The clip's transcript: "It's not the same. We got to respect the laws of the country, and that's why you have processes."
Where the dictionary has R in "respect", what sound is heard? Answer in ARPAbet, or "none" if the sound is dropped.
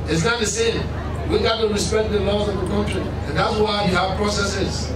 R